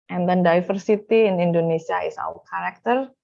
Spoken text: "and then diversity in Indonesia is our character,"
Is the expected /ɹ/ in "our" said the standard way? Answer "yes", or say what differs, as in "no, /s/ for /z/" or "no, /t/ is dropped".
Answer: no, /w/ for /ɹ/